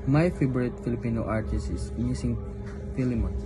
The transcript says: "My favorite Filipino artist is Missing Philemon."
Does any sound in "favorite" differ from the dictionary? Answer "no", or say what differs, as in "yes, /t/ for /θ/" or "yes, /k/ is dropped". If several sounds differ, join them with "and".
yes, /b/ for /v/